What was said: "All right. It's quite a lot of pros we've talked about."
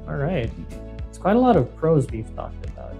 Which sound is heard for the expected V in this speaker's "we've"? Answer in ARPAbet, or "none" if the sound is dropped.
F